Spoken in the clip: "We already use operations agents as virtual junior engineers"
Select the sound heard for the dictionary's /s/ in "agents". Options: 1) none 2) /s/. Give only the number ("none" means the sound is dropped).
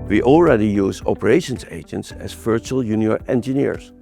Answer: 2